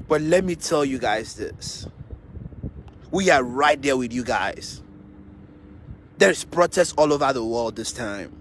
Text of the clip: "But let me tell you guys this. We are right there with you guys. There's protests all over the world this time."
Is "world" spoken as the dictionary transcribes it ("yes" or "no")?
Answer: yes